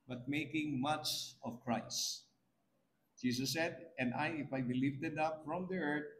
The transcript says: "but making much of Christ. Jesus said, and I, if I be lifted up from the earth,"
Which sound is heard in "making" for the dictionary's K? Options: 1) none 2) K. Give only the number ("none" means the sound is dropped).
2